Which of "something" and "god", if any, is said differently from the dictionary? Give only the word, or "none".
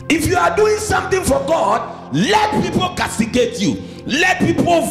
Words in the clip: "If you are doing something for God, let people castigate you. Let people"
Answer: something